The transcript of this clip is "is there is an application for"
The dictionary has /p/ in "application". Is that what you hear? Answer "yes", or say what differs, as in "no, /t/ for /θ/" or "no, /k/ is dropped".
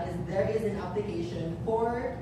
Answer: no, /b/ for /p/